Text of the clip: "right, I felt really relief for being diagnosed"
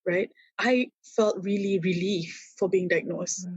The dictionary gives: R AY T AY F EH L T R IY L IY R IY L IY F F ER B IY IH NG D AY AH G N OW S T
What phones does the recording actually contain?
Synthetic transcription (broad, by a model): R AY T AY F EH L T R IY L IY R IY L IY F F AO B IY IH NG D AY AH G N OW S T